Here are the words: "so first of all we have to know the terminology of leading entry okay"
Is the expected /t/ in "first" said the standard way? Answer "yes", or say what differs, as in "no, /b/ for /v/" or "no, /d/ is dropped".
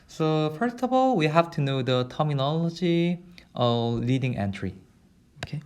yes